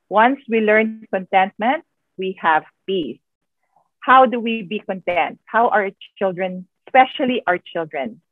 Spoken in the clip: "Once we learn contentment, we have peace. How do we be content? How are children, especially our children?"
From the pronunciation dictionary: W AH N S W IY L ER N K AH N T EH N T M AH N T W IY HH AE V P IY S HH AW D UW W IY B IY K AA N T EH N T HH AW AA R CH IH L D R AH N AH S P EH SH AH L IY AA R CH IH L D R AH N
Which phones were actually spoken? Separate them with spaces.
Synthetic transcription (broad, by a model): W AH N S W IY L ER N K AH N T EH N T M AH N T W IY HH AE V P IY S HH AW D UW W IY B IY K AA N T EH N T HH AW AA R CH IH L D R AH N S P EH SH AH L IY AA R CH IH L D R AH N